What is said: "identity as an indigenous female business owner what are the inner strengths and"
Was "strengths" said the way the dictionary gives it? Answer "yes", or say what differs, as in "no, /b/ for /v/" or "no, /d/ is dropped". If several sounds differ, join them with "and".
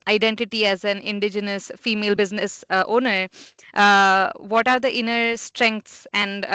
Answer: no, /t/ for /θ/